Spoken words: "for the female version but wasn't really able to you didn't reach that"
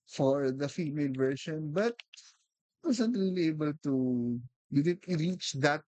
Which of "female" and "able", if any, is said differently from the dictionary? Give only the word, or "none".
none